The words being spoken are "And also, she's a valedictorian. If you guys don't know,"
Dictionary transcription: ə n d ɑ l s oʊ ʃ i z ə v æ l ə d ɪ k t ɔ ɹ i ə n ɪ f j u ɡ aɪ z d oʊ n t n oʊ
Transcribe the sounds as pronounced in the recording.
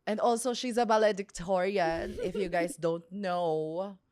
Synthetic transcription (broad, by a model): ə n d ɑ l s oʊ ʃ i z ə b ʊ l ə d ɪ k t ɔ ɹ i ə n ɪ f j u ɡ aɪ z d oʊ n t n oʊ